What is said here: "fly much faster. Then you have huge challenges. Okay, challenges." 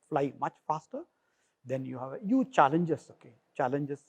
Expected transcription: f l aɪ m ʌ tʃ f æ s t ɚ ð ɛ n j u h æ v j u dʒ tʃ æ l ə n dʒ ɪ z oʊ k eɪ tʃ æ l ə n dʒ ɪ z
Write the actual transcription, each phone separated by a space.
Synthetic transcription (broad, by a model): f l aɪ m ʌ tʃ f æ s t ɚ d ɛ n j u h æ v j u tʃ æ l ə n dʒ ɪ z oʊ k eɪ tʃ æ l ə n dʒ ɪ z